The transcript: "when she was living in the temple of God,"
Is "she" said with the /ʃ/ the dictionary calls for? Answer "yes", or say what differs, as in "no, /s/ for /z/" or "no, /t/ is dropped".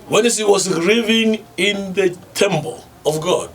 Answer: no, /s/ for /ʃ/